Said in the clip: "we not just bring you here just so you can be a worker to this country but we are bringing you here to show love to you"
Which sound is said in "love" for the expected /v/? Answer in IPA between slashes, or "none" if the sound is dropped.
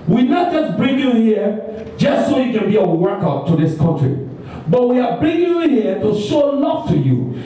/f/